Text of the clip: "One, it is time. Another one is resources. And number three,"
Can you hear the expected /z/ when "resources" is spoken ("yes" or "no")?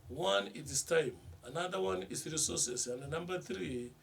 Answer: no